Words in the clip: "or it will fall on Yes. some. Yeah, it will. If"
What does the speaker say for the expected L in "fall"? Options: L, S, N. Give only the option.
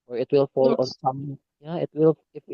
L